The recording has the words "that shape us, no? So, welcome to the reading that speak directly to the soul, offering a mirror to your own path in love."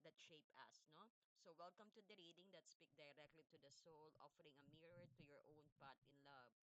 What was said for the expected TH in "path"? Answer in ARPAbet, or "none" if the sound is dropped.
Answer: T